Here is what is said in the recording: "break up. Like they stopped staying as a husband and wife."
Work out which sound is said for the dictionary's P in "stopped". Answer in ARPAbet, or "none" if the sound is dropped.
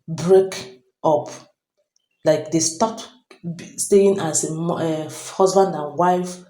none